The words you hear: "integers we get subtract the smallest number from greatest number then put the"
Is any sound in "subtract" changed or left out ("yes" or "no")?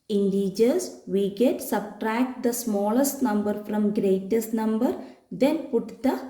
no